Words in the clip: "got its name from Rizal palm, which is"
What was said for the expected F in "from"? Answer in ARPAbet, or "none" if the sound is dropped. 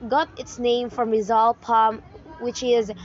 F